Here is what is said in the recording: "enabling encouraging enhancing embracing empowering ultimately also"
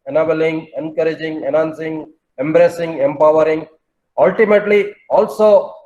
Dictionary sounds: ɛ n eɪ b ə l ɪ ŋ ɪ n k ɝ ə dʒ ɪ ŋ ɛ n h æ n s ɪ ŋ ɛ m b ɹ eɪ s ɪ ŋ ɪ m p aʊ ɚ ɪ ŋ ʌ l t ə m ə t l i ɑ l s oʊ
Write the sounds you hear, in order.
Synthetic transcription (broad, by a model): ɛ n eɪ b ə l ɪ ŋ ɪ n k ɝ ə dʒ ɪ ŋ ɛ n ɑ n s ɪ ŋ ɛ m b ɹ eɪ s ɪ ŋ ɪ m p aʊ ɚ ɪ ŋ ʌ l t ə m ə t l i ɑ l s oʊ